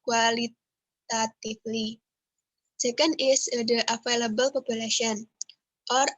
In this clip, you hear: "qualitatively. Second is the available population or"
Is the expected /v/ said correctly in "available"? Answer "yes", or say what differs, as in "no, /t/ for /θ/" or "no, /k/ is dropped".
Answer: no, /f/ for /v/